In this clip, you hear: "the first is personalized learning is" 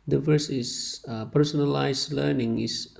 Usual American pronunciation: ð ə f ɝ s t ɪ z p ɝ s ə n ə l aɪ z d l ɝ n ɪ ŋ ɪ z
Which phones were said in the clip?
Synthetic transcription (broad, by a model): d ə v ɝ s ɪ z p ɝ s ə n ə l aɪ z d l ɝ n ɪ ŋ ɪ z